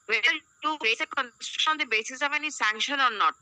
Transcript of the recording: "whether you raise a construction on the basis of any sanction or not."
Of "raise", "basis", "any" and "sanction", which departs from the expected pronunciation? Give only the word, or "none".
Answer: raise